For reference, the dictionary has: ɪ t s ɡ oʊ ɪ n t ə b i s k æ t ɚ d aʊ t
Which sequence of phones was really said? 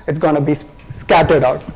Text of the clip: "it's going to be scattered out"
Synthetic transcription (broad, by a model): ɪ t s ɡ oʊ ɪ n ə b i s k æ t ɚ d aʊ t